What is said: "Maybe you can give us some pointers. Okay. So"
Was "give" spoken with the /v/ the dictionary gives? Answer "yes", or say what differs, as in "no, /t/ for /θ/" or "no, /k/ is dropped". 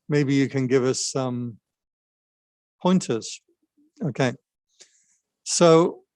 yes